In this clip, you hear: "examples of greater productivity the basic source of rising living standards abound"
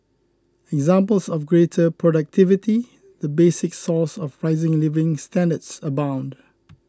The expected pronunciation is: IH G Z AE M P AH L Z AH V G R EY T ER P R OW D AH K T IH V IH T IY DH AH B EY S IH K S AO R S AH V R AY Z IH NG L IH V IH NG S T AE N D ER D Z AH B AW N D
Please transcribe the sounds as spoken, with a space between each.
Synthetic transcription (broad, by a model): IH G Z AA M P AH L S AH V G R EY T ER P R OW D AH K T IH V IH T IY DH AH B EY S IH K S AO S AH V R AY Z IH NG L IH V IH NG S T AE N D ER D S AH B AW N D